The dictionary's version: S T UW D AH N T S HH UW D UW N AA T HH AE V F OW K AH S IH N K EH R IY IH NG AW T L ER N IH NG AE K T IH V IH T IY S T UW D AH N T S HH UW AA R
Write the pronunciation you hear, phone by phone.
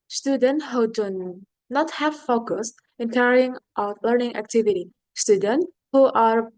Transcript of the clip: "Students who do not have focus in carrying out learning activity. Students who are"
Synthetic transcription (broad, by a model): S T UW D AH N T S HH UW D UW N AA T HH AE V F OW K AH S IH N K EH R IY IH NG AW T L ER N IH NG AE K T IH V IH T IY S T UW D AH N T HH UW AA R